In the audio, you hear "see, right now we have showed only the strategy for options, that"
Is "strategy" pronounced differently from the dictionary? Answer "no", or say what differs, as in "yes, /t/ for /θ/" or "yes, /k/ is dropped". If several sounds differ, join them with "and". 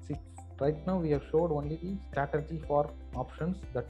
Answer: yes, /ɹ/ is dropped